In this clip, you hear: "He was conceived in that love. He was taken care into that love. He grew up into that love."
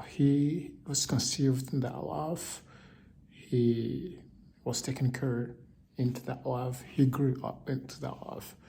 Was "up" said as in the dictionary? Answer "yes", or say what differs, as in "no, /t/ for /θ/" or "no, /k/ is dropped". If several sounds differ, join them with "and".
yes